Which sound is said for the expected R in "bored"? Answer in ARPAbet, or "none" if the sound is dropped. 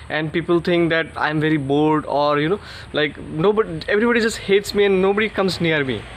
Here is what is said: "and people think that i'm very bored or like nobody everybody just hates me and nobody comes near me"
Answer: L